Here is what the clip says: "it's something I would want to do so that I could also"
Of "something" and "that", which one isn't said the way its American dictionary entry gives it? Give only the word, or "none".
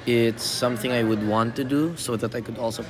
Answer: none